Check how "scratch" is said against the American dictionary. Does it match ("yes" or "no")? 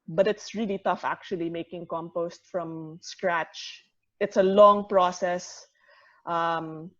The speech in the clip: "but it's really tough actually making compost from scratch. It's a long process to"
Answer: yes